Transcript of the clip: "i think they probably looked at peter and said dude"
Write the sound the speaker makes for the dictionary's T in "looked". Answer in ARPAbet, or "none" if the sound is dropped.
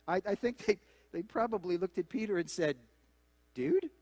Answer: T